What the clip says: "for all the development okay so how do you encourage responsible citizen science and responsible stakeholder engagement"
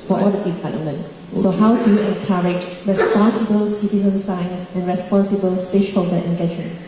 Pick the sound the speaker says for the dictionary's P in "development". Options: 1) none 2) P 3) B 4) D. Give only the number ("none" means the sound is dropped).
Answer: 1